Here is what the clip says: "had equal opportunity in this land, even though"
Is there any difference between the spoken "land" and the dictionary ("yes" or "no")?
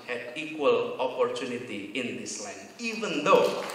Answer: yes